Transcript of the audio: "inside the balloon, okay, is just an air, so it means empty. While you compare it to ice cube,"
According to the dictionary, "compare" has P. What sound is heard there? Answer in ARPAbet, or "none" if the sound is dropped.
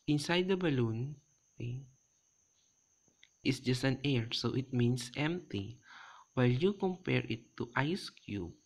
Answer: P